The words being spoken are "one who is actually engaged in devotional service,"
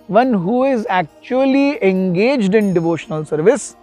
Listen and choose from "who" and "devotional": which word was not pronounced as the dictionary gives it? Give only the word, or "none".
none